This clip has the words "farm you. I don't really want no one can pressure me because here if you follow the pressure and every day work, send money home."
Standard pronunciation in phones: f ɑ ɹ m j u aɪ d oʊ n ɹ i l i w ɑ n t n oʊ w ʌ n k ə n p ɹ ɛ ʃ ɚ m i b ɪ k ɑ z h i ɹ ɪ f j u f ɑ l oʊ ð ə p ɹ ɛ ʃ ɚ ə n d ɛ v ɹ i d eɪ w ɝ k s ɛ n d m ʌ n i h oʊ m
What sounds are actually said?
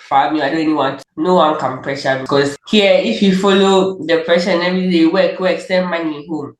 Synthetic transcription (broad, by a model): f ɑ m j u aɪ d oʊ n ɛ n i w ɑ n t n oʊ w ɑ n k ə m p ɹ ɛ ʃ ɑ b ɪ k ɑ s h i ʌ ɪ f j u f ɑ l oʊ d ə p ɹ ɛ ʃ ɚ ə n ɛ v ɹ i d eɪ w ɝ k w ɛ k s m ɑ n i h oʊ m